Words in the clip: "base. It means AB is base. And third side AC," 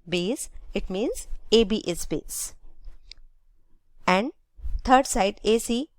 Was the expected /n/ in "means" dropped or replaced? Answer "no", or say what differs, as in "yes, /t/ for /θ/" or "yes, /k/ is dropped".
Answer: no